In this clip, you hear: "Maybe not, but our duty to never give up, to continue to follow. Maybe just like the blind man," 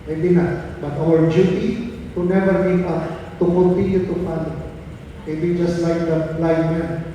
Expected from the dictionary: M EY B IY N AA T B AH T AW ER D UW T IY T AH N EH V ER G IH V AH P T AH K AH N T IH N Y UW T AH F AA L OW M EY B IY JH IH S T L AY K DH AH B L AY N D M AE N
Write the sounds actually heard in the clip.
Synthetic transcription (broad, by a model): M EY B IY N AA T B AH T AW ER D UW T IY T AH N EH V ER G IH P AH T AH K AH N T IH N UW T AH P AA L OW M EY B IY JH IH S T L AY K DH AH L AY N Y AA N